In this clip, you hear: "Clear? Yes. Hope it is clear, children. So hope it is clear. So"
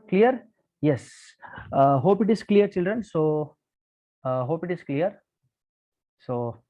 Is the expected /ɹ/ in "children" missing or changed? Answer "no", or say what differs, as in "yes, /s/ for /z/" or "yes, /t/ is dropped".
no